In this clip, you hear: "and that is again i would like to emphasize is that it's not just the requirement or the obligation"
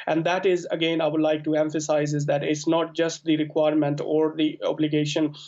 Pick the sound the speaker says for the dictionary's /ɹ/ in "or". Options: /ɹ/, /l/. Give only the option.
/ɹ/